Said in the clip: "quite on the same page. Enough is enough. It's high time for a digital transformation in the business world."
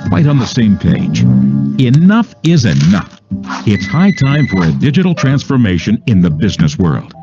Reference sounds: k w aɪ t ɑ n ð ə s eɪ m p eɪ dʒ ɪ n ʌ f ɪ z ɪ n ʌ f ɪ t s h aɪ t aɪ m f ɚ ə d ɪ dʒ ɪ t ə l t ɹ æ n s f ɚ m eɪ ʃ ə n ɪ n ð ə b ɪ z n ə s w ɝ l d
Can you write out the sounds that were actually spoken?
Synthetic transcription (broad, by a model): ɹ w aɪ t n ð ə s eɪ m p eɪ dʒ ɪ n ʌ f ɪ z ɪ n ʌ f ɪ t s h aɪ t aɪ m f ɚ ə d ɪ dʒ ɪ t l t ɹ æ n s f ɚ m eɪ ʃ ə n ɪ n ð ə b ɪ z n ə s w ɝ l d